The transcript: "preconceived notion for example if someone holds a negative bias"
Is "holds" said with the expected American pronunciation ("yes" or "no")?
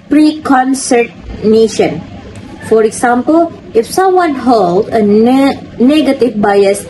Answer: no